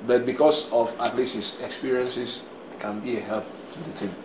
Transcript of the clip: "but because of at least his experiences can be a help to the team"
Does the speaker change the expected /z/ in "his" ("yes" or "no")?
yes